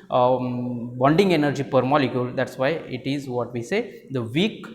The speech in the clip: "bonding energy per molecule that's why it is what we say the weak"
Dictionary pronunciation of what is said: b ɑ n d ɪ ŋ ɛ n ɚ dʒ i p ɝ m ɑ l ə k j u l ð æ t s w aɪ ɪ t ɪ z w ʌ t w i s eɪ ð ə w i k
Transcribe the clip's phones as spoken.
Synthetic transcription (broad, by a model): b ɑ n d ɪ ŋ ɛ n ɚ dʒ i p ɝ m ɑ l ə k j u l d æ t s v aɪ ɪ t ɪ z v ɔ t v i s eɪ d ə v i k